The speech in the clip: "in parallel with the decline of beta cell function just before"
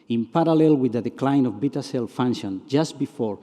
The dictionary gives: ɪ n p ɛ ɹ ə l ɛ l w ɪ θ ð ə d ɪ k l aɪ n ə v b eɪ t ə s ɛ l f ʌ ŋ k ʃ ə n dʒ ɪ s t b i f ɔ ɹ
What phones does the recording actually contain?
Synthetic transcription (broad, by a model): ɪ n p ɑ ɹ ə l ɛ l w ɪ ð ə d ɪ k l aɪ n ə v b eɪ t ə s ɛ l f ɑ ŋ ʃ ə n dʒ ɪ s t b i f ɔ ɹ